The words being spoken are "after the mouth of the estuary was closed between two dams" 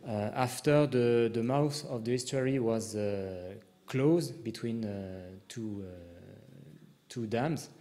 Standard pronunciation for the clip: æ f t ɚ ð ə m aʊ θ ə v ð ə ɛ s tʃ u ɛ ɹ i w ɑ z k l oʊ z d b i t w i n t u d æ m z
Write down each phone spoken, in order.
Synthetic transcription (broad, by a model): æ f t ɚ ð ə m aʊ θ ə v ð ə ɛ s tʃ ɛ ɹ i w ɑ z k l oʊ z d b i t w i n t u d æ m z